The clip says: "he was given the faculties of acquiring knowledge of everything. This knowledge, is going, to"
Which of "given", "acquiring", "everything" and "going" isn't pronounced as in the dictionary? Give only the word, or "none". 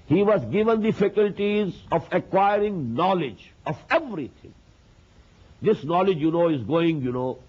everything